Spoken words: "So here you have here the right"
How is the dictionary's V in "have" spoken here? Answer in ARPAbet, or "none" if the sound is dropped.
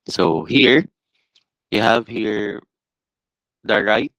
V